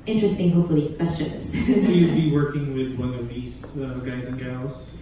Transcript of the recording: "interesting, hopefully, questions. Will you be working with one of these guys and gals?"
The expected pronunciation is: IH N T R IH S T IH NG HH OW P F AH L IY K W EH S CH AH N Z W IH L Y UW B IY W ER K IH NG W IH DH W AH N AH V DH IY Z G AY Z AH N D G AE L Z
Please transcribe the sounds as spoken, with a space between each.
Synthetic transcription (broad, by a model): IH N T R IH S T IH NG HH OW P F L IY K W EH S CH AH N Z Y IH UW B IY W ER K IH NG W IH DH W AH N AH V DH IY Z G AY Z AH N G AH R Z